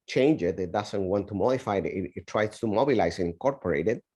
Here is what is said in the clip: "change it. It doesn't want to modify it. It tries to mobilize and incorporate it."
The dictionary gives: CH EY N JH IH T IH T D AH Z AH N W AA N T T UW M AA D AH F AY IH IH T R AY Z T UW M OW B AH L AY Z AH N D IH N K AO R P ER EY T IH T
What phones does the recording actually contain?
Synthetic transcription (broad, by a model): CH EY N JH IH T IH T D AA S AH N W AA N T T UW M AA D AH F AY IH IH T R AY S T UW M OW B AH L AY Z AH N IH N K AO R P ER EY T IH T